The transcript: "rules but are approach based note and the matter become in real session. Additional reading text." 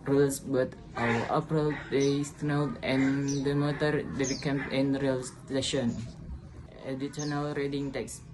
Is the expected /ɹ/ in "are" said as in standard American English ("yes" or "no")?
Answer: no